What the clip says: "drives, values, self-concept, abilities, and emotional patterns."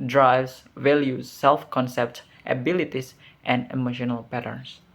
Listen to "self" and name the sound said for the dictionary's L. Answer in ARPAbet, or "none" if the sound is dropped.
L